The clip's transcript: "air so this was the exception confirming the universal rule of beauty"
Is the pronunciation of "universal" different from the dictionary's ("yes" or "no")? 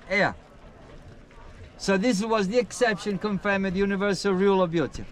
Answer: no